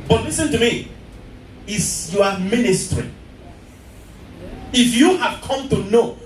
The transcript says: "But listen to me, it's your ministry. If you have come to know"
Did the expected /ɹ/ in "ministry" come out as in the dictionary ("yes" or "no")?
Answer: yes